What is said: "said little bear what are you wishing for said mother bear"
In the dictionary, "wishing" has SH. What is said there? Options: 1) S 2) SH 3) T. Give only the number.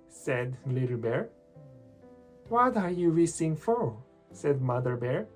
1